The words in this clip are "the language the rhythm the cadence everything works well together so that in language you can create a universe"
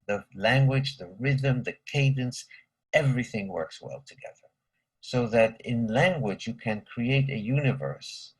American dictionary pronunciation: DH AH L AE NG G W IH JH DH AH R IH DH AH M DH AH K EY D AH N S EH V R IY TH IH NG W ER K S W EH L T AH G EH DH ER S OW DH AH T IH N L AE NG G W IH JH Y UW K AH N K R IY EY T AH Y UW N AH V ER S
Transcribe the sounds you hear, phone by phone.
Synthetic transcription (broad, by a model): DH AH L AE NG G W IH JH DH AH R IH DH AH M DH AH K EY D AH N S EH V R IY TH IH NG W ER K S W EH L T AH G EH DH ER S OW DH AH T IH N L AE NG G W IH JH Y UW K AH N K R IY EY T AH Y UW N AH V ER S